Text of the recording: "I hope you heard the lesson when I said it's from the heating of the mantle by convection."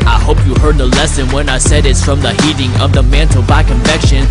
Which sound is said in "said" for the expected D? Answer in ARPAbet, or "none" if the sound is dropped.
D